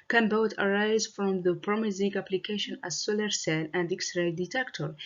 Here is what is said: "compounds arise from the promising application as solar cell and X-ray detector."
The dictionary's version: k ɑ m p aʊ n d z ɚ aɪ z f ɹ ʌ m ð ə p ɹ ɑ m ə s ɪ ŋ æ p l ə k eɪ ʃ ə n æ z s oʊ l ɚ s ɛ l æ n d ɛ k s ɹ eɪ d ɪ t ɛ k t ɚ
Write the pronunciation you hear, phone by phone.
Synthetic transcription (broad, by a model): k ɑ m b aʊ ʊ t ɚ aɪ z f ɹ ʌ m ð ə p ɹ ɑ m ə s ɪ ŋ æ p l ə k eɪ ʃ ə n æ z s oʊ l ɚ s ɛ n æ n d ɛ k s ɹ eɪ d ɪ t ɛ k t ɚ